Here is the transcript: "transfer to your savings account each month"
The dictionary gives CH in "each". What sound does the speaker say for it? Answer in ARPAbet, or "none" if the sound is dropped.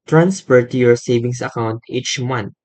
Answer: CH